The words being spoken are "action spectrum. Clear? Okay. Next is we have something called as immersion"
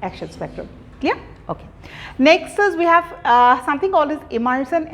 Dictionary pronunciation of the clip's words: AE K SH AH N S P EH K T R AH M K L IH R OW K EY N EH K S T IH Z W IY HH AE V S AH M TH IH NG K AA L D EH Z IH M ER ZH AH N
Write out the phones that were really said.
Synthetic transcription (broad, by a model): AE K SH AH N S P EH K T R AH M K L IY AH OW K EY N EH K S T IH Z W IY HH AE V S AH M T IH NG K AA L IH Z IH M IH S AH N